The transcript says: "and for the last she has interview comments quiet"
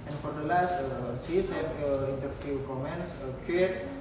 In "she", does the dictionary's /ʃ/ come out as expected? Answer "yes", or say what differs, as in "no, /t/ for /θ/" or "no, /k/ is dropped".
no, /s/ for /ʃ/